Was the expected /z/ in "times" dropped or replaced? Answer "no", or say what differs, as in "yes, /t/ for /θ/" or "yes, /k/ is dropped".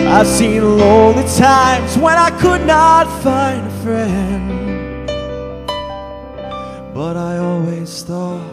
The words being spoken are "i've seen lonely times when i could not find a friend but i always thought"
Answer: no